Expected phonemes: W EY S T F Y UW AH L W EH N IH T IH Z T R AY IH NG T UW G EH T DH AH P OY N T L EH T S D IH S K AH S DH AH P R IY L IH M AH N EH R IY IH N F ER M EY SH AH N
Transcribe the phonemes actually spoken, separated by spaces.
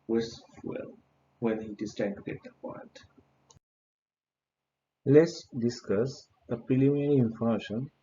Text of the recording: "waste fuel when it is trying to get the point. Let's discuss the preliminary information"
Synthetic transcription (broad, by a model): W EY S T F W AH L W EH N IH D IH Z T AY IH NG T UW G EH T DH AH P OY N T L EH T S D IH S K AH S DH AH P R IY L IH M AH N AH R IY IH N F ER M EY SH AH N